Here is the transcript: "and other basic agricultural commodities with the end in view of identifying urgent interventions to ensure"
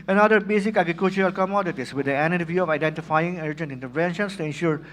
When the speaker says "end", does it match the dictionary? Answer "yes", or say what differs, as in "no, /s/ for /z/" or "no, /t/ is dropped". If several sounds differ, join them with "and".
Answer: no, /d/ is dropped